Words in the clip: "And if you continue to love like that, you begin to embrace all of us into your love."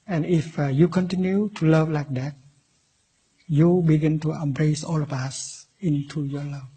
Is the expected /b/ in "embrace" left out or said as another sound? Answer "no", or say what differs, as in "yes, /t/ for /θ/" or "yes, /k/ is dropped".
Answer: no